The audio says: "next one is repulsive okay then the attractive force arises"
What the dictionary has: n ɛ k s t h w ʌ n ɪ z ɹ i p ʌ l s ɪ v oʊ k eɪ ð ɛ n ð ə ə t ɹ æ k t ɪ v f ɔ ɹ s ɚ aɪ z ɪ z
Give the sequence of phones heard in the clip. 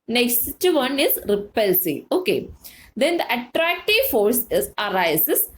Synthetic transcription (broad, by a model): n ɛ k s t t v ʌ n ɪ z ɹ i p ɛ l s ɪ oʊ k eɪ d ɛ n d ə ə t ɹ æ k t ɪ v f ɔ ɹ s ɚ aɪ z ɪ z